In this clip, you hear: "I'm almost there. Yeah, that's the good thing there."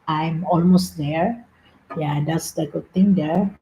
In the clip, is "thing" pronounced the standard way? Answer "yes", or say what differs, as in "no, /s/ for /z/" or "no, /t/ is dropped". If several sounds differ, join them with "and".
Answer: no, /t/ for /θ/